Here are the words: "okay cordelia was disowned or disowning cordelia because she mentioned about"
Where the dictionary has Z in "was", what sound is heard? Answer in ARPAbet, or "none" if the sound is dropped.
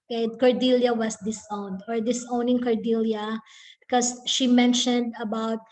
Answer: S